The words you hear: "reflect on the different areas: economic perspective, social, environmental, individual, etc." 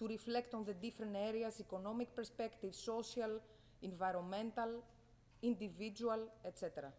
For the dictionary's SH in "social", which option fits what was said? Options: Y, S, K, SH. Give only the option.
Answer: S